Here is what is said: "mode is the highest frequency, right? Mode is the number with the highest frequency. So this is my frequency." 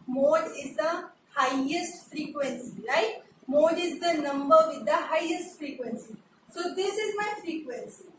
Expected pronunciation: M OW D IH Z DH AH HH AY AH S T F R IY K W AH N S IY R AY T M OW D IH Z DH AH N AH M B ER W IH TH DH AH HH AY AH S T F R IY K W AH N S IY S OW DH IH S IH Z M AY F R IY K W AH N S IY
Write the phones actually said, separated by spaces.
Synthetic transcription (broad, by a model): M OW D IH Z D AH HH AY AH S T F R IY K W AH N S IY L AY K M OW D IH Z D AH N AH M B ER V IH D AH HH AY AH S T F R IY K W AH N S IY S OW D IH S IH Z M AY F R IY K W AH N S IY